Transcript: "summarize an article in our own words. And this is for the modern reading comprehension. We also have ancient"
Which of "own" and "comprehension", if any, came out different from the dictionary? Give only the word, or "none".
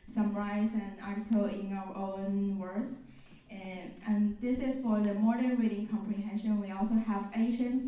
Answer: none